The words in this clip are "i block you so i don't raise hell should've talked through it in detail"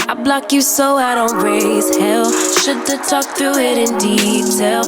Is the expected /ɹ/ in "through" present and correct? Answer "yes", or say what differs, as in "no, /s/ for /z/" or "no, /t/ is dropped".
no, /ɹ/ is dropped